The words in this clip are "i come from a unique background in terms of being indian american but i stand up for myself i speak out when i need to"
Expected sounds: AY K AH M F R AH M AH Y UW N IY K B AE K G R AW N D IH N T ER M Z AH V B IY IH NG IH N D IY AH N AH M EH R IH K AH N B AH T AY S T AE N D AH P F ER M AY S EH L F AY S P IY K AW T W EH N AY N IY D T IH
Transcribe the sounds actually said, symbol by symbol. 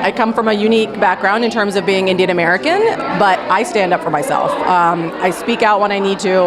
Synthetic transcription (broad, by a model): AY K AH M F R AH M AH Y UW N IY K B AE K G R AW N D IH N T ER M Z AH V B IY IH NG IH N D IY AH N AH M EH R IH K AH N B AH T AY S T AE N D AH P F ER M AY S EH L F AY S P IY K AW T W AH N AY N IY D T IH